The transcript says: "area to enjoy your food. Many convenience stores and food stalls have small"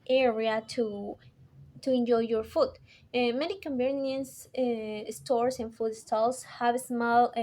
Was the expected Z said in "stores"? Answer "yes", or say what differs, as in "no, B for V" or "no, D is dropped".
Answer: no, S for Z